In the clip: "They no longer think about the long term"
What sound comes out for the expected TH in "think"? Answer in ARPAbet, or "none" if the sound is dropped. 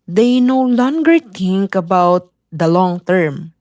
T